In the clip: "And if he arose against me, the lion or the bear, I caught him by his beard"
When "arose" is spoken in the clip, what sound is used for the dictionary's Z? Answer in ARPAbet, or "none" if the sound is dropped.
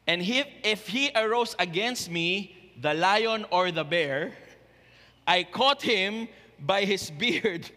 S